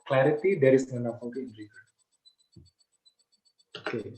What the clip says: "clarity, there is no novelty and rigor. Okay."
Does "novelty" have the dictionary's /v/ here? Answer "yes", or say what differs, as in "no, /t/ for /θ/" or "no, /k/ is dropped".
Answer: no, /p/ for /v/